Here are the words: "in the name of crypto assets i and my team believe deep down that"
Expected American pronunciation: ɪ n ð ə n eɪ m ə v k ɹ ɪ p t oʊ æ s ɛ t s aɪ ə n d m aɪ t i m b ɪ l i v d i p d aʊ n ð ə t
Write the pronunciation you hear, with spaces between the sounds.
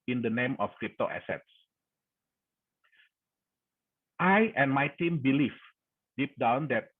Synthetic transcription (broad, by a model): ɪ n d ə n eɪ m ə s k ɹ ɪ p t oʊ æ s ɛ t s aɪ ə n m aɪ t i m b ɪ l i f d i p d aʊ n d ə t